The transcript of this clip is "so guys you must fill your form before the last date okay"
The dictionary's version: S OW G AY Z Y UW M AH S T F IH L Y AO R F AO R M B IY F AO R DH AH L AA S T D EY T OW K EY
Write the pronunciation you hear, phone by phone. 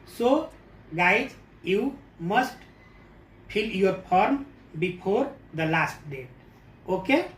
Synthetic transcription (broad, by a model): S OW G AY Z Y UW M AH S T P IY L Y AO R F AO R M B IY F AO R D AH L AA S T D EY T OW K EY